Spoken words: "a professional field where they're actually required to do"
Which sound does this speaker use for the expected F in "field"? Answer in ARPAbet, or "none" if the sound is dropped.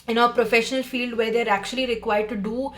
F